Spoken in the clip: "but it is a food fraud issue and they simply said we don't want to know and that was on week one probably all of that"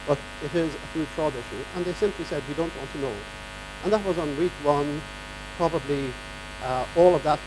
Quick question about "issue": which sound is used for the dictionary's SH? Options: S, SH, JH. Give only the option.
SH